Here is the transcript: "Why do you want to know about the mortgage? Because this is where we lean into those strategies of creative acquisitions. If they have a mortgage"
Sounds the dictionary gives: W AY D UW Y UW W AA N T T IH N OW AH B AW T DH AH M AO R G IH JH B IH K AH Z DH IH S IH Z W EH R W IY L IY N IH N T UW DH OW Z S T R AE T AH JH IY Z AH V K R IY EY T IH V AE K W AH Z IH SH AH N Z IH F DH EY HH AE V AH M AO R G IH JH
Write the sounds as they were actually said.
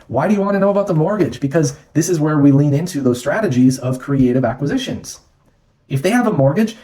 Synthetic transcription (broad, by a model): W AY D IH Y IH W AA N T T IH N OW AH B AW T DH AH M AO R G IH JH B IH K AH Z DH IH S IH Z W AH R W IY L IY N IH N T UW DH OW Z S T R AE T AH JH IY Z AH V K R IY EY T IH V AE K W AH Z IH SH AH N Z IH F DH EY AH V AH M AO R G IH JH